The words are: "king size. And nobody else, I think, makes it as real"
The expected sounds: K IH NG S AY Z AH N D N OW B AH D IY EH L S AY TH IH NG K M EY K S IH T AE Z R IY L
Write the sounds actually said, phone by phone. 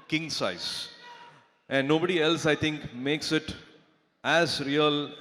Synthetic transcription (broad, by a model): K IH NG S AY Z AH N D N OW B AH D IY EH L S AY T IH NG K M EY K S IH T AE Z R IY L